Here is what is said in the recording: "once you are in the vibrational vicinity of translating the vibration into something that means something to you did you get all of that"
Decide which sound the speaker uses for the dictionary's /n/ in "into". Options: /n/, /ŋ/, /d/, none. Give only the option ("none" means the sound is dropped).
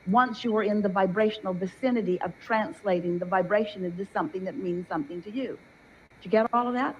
none